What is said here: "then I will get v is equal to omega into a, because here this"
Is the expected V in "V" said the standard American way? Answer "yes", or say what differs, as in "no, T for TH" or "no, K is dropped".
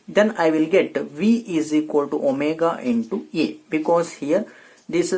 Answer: yes